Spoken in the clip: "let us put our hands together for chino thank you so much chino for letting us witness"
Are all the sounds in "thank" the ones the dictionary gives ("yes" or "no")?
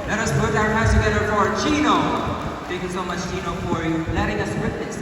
no